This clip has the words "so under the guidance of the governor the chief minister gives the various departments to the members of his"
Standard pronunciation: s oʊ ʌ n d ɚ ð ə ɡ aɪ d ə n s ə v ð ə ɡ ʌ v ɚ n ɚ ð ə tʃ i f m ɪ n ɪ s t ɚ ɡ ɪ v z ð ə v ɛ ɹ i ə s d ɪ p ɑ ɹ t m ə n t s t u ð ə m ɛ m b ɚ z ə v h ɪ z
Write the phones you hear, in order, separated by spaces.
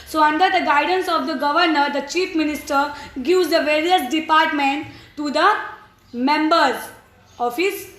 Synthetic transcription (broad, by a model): s oʊ ʌ n d ɚ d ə ɡ aɪ d ə n s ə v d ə ɡ ʌ v ɚ n ɚ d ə tʃ i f m ɪ n ɪ s t ɚ ɡ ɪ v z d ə v ɛ ɹ i ə s d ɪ p ɑ ɹ t m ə n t t u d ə m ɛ m b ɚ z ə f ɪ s